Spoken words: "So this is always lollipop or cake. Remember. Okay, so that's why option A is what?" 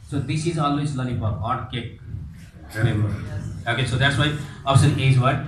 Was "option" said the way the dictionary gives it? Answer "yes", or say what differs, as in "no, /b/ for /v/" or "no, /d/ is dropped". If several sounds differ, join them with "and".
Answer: no, /s/ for /ʃ/